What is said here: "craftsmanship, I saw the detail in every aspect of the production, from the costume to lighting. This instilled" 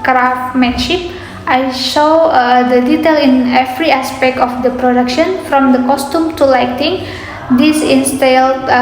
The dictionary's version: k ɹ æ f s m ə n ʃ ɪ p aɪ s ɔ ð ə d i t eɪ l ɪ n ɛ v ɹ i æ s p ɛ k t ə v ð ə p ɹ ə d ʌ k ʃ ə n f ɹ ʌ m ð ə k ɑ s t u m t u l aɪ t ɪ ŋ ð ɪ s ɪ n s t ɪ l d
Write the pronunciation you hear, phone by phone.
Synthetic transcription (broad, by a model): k ɹ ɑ f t m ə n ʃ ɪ p aɪ ʃ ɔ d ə d i t eɪ l ɪ n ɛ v ɹ i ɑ s p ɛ k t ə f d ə p ɹ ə d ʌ k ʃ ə n f ɹ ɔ m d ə k ɑ s t u m t u l aɪ t ɪ ŋ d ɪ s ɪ n s t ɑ l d